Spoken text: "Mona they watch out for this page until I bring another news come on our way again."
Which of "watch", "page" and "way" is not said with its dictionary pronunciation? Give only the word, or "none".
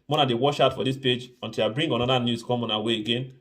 watch